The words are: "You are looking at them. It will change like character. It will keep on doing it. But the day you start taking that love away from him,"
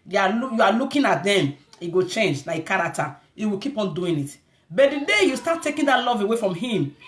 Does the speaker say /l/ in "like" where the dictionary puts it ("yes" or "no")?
no